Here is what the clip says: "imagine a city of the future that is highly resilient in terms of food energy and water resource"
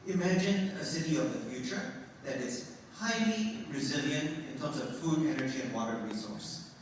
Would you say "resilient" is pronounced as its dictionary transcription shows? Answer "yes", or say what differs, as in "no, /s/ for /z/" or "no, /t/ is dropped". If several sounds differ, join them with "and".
yes